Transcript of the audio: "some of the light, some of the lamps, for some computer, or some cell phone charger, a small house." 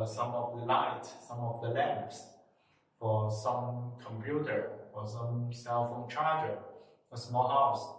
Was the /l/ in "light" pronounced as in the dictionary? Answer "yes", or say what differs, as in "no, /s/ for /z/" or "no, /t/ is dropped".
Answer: yes